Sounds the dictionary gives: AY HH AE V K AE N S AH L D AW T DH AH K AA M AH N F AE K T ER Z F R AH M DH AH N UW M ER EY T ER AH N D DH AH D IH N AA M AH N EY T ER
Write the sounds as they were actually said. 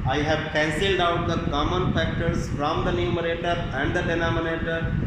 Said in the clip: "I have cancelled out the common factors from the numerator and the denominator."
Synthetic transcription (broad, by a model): AY HH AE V K AE N S AH L D AW T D AH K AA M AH N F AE K T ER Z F R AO M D AH N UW M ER EY T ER AH N D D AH D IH N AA M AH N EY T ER